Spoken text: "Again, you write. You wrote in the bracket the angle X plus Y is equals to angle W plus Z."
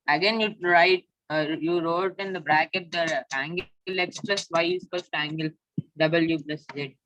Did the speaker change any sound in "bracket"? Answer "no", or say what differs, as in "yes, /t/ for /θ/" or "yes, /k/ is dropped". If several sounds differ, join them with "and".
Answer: no